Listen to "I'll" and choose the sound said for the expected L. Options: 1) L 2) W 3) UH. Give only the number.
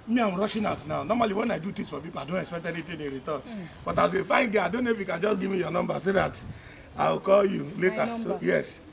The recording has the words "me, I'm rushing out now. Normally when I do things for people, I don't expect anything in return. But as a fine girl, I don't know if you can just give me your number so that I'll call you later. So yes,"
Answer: 2